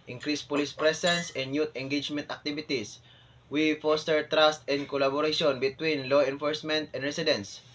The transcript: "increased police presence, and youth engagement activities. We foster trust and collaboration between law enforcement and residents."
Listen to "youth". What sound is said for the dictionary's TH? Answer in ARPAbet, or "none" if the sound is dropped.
T